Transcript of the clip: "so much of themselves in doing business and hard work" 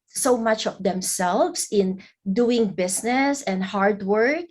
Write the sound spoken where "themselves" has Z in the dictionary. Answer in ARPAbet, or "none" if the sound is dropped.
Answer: S